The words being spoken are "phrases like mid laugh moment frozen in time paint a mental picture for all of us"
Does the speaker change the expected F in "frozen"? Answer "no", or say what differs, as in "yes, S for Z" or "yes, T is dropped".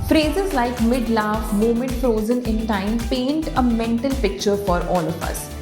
no